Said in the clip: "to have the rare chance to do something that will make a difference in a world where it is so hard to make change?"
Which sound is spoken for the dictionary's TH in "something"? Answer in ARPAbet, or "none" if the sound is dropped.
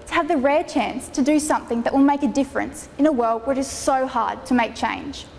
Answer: TH